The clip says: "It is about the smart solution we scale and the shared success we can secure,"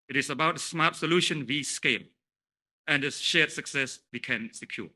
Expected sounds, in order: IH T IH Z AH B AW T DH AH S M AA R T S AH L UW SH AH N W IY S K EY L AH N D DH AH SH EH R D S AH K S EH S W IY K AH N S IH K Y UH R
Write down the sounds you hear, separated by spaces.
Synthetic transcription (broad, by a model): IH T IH S AH B AW T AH S M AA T S AH L UW SH AH N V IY S K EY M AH N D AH SH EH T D S AH K S EH S W IY K AH N S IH K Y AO